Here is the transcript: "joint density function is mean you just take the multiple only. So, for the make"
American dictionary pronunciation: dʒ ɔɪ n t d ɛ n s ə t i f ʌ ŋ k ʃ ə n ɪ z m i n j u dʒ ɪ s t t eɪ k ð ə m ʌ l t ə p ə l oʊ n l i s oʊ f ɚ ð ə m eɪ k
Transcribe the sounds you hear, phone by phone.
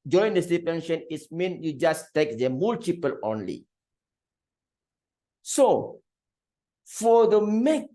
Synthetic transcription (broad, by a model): dʒ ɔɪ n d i s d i p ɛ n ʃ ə n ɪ s m i n j u dʒ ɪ s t t eɪ k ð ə m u l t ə p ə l oʊ n l i s oʊ f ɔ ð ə m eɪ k